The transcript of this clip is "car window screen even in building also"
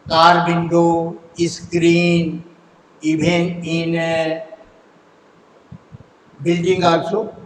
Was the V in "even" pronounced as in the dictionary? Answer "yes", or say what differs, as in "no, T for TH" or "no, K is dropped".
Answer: no, B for V